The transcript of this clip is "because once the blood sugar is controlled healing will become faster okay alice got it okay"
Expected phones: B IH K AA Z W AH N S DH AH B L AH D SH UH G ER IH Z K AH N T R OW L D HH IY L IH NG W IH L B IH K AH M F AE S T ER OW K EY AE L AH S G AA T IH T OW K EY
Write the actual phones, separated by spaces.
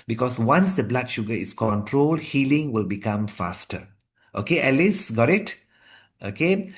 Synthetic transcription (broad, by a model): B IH K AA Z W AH N S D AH B L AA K SH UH G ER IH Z K AH N T R OW L D HH IY L IH NG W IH L B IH K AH M F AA S T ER OW K EY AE L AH S G AA T IH T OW K EY